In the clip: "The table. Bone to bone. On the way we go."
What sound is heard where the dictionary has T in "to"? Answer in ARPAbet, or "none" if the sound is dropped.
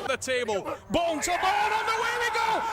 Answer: S